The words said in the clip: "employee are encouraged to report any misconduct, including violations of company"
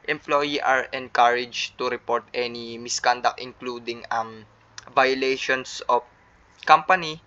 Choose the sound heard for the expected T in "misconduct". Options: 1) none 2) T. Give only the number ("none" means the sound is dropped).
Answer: 1